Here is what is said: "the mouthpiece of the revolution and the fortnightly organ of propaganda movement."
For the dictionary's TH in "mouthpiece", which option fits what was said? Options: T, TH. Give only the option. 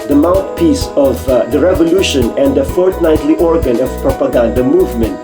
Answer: T